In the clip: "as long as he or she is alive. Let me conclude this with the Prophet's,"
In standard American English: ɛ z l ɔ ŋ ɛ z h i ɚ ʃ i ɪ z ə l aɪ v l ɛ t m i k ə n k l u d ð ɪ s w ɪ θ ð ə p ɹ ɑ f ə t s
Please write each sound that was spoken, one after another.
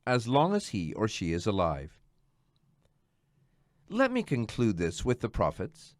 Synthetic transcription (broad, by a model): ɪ z l ɔ ŋ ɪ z h i ɚ ʃ i ɪ z ə l aɪ v l ɛ t m i k ə n k l u d ð ɪ s w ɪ ð ə p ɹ ɑ f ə t s